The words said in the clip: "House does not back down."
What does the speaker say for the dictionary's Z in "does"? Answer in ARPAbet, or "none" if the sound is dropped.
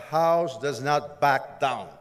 Z